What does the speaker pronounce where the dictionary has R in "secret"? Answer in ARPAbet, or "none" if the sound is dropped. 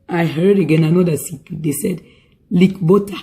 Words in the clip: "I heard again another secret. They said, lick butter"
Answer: none